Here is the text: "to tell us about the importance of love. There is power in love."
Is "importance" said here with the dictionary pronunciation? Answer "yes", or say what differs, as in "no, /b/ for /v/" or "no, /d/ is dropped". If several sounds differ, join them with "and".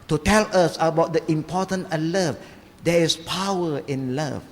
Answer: no, /s/ is dropped